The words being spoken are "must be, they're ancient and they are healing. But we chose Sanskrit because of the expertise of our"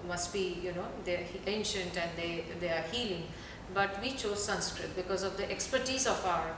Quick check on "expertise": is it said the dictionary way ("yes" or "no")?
yes